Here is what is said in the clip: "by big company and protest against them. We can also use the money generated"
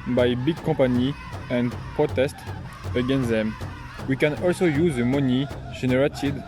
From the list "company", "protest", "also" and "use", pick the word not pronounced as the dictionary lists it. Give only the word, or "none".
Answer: company